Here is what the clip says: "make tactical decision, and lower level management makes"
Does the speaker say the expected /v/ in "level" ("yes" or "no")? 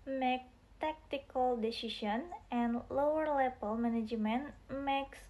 no